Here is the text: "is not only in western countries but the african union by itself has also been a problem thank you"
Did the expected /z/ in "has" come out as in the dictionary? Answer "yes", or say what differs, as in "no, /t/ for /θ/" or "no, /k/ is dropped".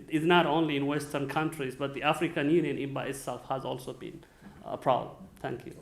yes